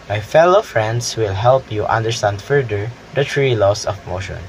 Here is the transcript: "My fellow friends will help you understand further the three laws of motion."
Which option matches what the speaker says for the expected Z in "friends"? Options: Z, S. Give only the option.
S